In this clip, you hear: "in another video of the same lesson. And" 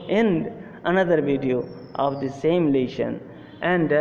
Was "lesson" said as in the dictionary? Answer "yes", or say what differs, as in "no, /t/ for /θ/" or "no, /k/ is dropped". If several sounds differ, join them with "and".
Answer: no, /ʃ/ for /s/